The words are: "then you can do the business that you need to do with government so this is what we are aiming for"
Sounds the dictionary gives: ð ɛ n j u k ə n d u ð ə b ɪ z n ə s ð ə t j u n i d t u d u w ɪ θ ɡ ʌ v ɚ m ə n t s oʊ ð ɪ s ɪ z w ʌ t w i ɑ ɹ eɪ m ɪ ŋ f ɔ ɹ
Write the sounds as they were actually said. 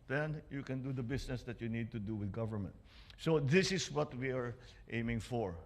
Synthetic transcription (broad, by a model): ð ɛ n j u k ə n d u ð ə b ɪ s n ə s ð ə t j u n i d t u d u w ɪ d ɡ ʌ v ɚ m ə n t s oʊ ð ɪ s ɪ s w ʌ t w i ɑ ɹ eɪ m ɪ ŋ f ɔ ɹ